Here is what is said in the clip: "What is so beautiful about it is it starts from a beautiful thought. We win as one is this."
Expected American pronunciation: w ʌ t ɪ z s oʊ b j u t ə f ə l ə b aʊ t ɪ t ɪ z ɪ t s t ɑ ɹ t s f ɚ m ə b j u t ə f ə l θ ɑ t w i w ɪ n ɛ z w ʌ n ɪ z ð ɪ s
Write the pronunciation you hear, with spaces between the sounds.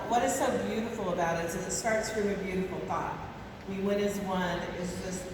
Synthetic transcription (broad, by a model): w ʌ t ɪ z s oʊ b j u t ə f l ə b aʊ t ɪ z ɪ z ɪ t s t ɑ ɹ t s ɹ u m ə b j u t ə f l θ ɑ t w i w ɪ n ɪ z w ʌ n ɪ z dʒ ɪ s